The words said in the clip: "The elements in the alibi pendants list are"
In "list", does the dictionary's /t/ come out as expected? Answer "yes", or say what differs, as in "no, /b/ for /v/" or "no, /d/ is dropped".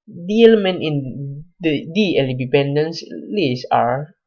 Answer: no, /t/ is dropped